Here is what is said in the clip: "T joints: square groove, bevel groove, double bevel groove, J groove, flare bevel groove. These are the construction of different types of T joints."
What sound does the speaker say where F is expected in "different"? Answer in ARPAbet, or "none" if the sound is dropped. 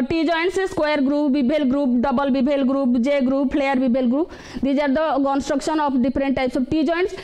P